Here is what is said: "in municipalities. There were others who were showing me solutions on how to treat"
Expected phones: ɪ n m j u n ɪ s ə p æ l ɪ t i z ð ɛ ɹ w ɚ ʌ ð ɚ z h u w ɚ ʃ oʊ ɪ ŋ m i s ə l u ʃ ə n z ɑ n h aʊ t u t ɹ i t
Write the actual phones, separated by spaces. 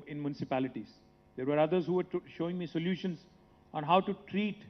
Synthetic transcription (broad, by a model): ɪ n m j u n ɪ s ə p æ l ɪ t i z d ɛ ɹ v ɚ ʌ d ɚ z h u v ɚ ʃ oʊ ɪ ŋ m i s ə l u ʃ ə n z ɑ n h aʊ t u t ɹ i t